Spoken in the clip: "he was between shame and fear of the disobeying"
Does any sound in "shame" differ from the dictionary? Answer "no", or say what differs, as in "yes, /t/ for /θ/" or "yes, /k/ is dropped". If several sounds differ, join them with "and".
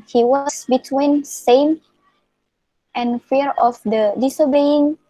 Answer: yes, /s/ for /ʃ/